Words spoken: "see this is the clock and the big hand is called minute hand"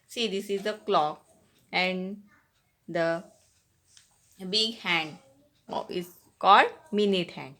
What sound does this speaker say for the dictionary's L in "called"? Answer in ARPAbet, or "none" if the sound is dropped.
L